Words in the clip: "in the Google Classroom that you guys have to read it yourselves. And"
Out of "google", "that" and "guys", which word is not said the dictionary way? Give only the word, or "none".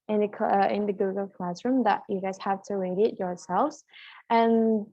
none